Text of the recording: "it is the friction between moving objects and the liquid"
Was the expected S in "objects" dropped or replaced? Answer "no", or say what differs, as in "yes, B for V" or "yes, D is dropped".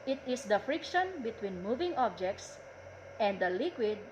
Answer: no